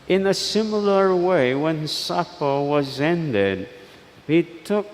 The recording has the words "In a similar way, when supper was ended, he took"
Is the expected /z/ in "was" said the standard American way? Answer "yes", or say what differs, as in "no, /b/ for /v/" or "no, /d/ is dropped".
yes